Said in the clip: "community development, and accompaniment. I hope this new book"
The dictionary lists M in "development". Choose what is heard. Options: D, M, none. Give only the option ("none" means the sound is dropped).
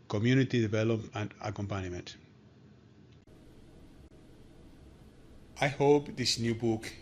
none